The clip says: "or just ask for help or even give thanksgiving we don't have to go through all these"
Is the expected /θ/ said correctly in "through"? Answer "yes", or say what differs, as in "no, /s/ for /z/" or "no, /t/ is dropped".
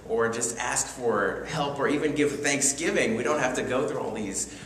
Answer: yes